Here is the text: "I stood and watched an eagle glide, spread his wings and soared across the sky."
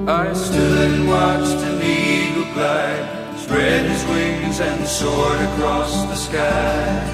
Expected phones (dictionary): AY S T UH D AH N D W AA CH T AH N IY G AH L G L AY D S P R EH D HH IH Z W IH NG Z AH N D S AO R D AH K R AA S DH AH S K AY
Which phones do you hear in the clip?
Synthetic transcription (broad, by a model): AY S T UH D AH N W AA CH T AH N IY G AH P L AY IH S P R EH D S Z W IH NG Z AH N S AO R D AH K R AA S DH AH S K AY